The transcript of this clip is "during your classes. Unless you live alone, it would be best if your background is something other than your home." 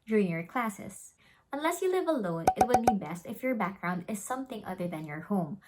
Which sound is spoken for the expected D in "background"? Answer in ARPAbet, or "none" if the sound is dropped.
D